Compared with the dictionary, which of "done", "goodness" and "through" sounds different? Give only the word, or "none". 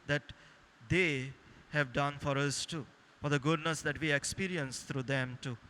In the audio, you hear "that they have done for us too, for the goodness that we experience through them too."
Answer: through